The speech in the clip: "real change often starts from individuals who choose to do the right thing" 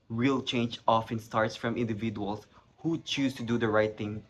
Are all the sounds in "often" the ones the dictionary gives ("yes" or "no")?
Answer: yes